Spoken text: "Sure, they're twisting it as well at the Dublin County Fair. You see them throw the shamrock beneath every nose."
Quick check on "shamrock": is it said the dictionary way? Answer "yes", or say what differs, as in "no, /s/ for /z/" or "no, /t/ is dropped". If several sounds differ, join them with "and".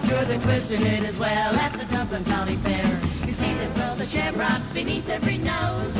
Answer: no, /m/ is dropped